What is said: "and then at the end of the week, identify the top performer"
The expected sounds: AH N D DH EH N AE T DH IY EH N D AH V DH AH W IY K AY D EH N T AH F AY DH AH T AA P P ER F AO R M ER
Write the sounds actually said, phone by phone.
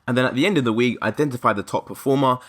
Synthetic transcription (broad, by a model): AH N DH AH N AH T DH IY EH N D AH V DH AH W IY K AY D EH N T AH F AY DH AH T AA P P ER F AO M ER